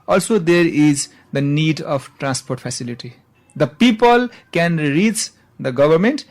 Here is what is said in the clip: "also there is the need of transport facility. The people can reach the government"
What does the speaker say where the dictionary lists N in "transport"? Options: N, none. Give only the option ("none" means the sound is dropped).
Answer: N